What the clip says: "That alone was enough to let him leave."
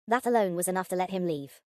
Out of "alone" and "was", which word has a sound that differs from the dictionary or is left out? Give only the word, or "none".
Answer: none